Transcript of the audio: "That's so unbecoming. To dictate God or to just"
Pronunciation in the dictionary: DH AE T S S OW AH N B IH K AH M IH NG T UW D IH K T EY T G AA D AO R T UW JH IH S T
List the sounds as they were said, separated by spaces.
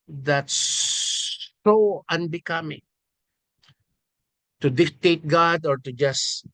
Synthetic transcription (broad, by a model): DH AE T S S OW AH N B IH K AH M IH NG T UW D IH K T EY T G AA D AO R T UW JH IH S